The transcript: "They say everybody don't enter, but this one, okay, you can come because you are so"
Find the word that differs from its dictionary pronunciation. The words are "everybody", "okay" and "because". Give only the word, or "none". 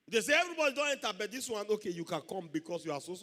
because